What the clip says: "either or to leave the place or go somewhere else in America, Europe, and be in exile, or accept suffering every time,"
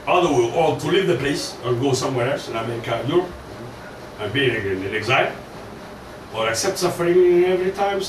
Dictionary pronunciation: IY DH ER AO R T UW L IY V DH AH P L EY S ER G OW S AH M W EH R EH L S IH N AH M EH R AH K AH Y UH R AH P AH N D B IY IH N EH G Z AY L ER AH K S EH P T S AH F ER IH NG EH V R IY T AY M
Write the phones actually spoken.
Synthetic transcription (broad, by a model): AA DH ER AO L T UW L IY V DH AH P L EY S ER G OW S AH M W EH R EH L S IH N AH IH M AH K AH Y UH R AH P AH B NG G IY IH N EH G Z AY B ER AH K S EH P T S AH F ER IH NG EH V R IY T AY M